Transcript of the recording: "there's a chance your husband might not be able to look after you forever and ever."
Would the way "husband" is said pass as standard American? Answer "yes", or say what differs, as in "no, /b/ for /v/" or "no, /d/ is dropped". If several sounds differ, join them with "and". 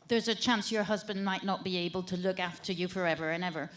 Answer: yes